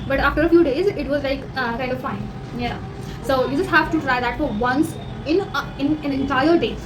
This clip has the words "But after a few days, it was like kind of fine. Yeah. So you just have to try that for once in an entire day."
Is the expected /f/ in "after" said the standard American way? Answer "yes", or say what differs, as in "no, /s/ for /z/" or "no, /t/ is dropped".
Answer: yes